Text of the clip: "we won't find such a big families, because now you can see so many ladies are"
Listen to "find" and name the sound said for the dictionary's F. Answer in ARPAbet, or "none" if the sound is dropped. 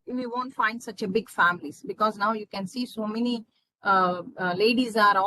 F